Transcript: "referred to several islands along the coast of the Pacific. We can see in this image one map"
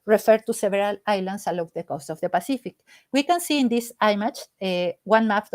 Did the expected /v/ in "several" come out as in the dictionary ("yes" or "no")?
no